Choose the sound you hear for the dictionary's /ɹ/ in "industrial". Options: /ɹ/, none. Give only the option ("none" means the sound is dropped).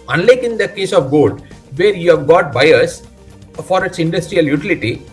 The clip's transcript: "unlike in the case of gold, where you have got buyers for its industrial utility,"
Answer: /ɹ/